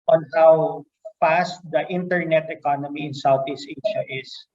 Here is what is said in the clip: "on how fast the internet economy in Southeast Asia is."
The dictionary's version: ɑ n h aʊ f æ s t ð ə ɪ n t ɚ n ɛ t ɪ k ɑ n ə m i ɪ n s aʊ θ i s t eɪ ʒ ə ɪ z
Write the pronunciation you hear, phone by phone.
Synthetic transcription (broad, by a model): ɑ n h aʊ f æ s t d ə ɪ n t ɚ n ɛ t ɪ k ɑ n ə m i ɪ n s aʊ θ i s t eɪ ʃ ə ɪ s